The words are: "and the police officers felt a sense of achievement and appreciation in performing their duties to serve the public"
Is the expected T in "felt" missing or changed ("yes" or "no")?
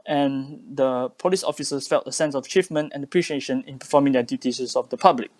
no